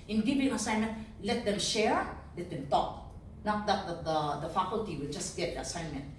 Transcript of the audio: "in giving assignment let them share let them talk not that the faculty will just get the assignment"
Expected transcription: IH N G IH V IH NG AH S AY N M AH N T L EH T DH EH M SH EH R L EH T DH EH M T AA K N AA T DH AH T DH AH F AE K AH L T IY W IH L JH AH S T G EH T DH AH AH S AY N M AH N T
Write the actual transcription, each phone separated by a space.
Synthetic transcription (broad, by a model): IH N G IH V IH NG AH S AY N M AH N T L EH T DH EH M SH EH R L EH T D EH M T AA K N AA T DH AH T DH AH F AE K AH L T IY W IH L JH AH S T G EH T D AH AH S AY N M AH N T